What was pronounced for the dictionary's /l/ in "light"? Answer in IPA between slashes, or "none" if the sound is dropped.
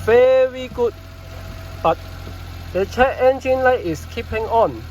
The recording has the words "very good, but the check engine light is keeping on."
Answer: /l/